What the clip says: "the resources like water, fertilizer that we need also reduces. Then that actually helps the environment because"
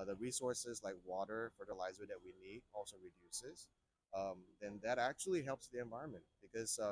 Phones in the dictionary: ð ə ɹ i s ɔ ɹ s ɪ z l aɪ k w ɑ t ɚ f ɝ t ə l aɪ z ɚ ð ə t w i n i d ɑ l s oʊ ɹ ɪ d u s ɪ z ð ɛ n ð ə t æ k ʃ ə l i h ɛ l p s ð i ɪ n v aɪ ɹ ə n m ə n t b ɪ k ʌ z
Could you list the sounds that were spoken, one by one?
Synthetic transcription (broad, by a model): ð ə ɹ i s ɔ ɹ s ɪ z l aɪ k w ɑ t ɚ f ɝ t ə l aɪ z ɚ ð ə t w i n i d ɑ l s oʊ ɹ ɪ d u s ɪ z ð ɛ n ð ə t æ k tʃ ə l i h ɛ l p s ð i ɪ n v aɪ ɹ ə n m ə n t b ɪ k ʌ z